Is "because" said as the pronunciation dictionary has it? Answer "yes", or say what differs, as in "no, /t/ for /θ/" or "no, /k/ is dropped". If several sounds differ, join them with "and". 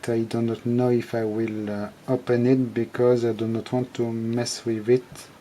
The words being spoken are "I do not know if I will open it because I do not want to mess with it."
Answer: yes